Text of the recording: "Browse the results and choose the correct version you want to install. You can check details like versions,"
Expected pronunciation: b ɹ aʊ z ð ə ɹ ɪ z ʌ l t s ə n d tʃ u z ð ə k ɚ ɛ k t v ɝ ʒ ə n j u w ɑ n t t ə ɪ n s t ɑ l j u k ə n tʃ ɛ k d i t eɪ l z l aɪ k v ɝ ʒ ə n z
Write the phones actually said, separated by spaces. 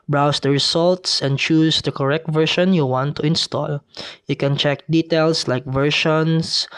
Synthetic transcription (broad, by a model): b ɹ aʊ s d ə ɹ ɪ s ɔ l t s ə n d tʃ u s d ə k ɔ ɛ k t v ɝ ʃ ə n j u w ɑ n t t ə ɪ n s t ɑ l j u k ə n tʃ ɛ k d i t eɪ l s l aɪ k v ɝ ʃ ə n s